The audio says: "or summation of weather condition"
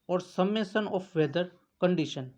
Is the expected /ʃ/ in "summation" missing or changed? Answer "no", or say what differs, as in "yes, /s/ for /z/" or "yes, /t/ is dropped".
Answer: yes, /s/ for /ʃ/